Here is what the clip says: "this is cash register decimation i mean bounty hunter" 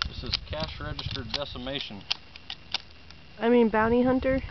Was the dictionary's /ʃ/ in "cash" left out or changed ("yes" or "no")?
no